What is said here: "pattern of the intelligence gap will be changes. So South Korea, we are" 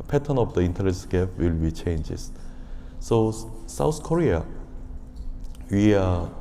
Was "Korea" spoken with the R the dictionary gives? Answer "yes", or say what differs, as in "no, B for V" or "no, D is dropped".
yes